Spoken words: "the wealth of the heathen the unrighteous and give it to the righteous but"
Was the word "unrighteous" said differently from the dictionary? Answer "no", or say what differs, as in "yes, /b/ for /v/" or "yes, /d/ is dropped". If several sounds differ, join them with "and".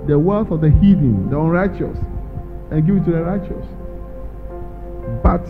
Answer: no